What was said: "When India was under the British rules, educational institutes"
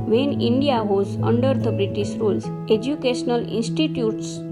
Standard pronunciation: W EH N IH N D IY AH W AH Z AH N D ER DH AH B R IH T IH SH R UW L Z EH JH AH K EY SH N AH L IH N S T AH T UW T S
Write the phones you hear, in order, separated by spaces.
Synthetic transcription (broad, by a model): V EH N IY N D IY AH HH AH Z AH N D ER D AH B R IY T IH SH R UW L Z EH JH AH K EY SH N AH L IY N S T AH T UW T S